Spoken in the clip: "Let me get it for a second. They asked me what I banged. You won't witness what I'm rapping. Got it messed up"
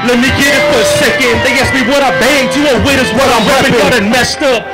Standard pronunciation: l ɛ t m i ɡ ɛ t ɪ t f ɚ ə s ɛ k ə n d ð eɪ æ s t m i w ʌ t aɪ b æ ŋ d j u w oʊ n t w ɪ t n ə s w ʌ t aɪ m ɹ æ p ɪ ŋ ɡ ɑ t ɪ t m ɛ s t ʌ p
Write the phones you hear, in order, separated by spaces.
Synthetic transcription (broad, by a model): l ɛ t m i ɡ ɛ t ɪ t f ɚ ə s ɛ k ə n d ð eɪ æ s m i w ʌ t aɪ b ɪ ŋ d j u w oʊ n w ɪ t ə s w ʌ t aɪ m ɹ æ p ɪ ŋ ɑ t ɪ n m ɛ s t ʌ